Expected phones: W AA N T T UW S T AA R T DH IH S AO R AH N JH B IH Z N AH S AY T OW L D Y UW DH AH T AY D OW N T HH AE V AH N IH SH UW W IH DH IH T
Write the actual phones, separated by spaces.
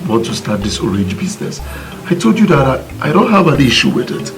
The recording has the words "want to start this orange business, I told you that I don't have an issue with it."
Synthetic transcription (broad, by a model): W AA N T T UW S T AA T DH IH S AO R AH N JH B IH Z N AH S AY T OW L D Y UW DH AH T AY D OW N T HH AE V AH N IH SH UW W IH DH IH T